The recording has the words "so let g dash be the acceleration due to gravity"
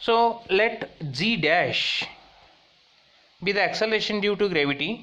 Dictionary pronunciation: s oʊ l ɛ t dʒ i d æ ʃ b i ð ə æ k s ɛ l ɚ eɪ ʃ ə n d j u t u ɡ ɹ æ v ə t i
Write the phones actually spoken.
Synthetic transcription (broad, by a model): s oʊ l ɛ t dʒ i d æ ʃ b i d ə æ k s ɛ l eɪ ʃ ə n d j u t u ɡ ɹ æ v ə t i